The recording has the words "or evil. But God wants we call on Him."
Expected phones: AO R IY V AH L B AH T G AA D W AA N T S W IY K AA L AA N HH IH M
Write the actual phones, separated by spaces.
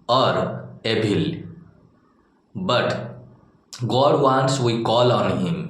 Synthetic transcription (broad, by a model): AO R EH B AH L B AH T G AA D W AA N S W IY K AA L AA N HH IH M